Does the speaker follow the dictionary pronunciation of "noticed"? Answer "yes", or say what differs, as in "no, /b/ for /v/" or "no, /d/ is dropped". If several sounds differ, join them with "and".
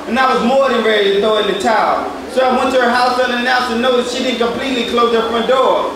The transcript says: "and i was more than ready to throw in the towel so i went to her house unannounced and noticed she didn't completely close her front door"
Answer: no, /s/ is dropped